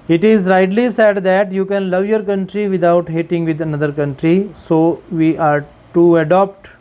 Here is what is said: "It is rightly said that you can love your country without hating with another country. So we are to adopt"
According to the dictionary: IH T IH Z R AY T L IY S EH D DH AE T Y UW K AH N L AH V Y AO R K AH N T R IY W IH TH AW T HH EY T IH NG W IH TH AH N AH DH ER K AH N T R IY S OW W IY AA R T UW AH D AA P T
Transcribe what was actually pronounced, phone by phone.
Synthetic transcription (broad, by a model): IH T IH Z R AY T L IY S EH D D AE T Y UW K AH N L AH V Y AO R K AH N T R IY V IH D AW T HH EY T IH NG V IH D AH N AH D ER K AH N T R IY S OW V IY AA R T UW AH D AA P T